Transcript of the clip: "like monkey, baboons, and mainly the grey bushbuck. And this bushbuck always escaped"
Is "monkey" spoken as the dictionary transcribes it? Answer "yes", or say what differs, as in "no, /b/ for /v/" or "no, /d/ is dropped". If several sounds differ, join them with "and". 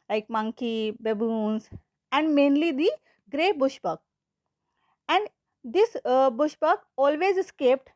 yes